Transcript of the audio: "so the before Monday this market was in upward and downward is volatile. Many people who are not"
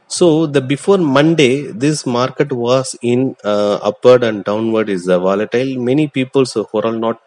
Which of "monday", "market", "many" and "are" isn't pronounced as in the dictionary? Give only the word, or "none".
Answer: are